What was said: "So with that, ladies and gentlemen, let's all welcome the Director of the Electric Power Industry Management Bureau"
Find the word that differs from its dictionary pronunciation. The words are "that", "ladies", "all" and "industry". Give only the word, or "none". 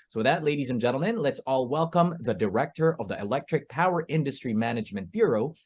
none